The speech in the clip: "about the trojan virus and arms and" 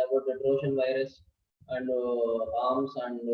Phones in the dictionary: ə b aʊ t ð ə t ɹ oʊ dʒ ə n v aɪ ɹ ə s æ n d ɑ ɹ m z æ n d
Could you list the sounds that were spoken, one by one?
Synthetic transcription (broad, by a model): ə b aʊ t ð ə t ɹ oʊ ʃ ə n v aɪ ɹ ə s æ n d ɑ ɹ m s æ n d